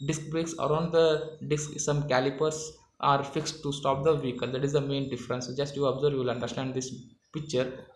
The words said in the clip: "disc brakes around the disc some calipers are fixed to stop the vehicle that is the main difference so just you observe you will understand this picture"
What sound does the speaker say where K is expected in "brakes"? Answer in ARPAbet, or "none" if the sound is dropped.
K